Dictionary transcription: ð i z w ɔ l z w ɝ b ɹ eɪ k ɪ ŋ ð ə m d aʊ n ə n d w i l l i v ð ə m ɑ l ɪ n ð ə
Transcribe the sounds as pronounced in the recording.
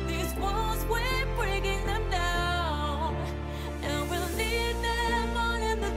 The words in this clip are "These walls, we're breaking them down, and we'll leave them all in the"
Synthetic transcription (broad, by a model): ð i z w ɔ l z w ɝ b ɹ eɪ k ɪ ŋ ð ə m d aʊ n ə n w i l n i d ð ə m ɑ n ɪ n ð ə